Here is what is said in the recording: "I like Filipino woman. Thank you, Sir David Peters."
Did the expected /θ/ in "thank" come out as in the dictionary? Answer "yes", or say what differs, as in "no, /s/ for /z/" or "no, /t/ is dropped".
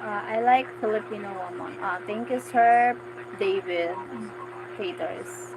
no, /t/ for /θ/